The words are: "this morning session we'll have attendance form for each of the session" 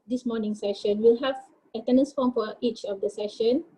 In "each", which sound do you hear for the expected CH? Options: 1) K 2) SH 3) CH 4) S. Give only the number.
3